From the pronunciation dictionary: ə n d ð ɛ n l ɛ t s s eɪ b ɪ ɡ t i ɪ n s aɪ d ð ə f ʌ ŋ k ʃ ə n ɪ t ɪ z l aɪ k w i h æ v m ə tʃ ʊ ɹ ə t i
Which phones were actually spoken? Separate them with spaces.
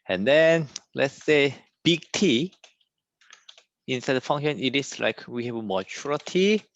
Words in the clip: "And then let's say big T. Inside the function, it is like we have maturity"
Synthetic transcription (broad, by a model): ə n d ɛ n l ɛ t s s eɪ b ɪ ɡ t i ɪ n s aɪ d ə f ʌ ŋ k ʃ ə n ɪ t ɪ s l aɪ k w i h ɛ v m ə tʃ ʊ ɹ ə t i